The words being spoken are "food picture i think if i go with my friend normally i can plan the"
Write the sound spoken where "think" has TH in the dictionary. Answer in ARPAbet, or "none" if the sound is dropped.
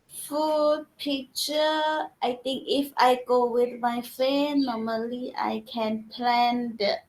T